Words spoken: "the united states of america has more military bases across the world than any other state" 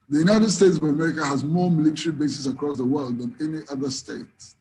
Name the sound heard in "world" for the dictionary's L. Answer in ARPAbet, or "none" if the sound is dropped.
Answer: L